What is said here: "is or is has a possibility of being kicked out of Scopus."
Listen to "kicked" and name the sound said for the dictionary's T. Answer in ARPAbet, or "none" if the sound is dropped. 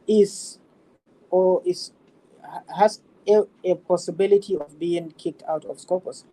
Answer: T